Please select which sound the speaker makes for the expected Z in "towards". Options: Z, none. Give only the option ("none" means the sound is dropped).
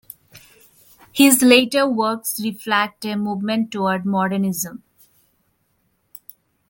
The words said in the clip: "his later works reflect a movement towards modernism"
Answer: none